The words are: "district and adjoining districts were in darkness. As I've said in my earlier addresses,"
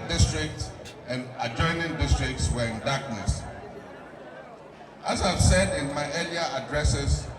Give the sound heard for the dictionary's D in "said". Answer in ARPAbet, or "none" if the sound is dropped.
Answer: D